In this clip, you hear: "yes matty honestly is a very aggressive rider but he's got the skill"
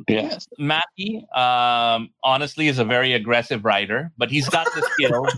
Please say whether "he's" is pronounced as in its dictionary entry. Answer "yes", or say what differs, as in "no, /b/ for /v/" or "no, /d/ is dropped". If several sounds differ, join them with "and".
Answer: yes